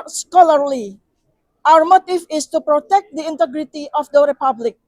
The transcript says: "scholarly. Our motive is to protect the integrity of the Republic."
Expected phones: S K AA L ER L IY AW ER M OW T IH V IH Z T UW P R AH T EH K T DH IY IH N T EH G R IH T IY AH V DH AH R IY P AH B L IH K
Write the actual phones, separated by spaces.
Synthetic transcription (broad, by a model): S K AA L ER L IY AW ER M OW T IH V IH S T UW P R AH T EH K T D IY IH N T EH G R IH T IY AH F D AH R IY P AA B L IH K